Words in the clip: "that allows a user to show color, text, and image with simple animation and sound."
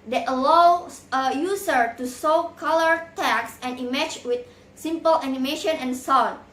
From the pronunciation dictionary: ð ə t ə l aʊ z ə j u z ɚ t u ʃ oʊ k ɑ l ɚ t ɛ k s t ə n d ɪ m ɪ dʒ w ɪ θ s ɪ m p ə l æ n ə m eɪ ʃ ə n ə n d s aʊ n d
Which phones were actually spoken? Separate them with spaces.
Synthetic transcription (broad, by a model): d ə t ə l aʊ s ə j u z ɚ t u s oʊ k ɑ l ɚ t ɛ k s ə n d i m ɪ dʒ w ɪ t s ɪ m p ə l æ n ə m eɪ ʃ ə n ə n s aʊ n